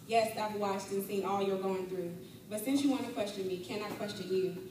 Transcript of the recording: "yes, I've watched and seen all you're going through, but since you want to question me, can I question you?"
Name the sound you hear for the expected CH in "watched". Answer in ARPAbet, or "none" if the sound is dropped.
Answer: S